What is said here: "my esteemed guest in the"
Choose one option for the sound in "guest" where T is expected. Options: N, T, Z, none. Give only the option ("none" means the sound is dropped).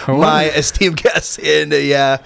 none